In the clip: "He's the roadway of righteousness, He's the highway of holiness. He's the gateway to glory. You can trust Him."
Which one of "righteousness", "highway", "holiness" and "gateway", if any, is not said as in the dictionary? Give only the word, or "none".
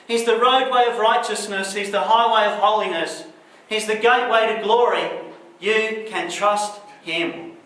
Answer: none